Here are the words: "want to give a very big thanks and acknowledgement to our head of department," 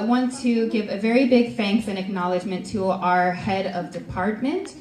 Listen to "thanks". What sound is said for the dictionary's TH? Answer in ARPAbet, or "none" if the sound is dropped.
F